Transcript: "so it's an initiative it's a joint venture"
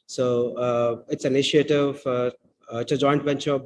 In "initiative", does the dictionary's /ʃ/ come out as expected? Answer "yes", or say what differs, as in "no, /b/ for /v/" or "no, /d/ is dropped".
no, /ʃ/ is dropped